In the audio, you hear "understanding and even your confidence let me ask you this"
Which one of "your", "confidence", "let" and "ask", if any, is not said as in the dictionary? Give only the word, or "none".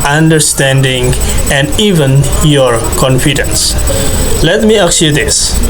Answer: ask